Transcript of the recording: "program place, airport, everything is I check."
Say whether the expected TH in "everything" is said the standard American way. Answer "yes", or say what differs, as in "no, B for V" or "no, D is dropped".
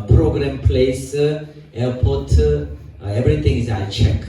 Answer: no, T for TH